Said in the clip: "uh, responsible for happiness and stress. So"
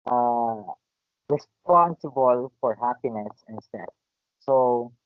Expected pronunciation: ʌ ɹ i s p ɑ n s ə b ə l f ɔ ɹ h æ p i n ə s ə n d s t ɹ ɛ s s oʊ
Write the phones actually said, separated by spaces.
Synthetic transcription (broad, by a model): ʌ ɹ i s p ɑ n s ə b ə l f ɔ ɹ h æ p i n ə s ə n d s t ɛ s s oʊ